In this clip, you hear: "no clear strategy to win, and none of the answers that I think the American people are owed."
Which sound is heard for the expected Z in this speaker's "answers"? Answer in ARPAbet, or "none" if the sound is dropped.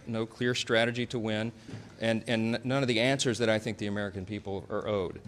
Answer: Z